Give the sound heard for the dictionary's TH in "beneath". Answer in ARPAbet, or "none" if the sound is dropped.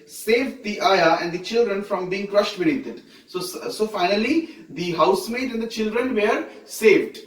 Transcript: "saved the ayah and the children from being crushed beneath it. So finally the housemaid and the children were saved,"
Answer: S